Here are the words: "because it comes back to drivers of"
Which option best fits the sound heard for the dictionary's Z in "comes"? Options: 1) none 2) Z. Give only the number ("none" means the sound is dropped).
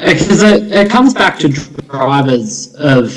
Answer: 2